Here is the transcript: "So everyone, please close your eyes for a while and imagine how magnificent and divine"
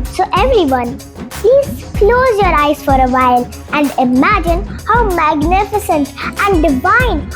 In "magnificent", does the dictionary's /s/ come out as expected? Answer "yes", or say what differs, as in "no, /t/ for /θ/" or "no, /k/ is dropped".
yes